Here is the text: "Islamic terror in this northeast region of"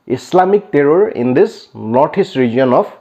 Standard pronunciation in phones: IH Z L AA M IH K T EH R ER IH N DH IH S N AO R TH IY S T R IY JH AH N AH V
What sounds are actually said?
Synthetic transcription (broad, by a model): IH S L AA M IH K T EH R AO IH N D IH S N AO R T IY S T R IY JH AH N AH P